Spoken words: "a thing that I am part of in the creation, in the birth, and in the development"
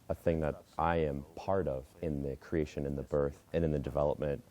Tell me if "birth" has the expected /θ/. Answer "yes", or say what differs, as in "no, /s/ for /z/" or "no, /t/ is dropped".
yes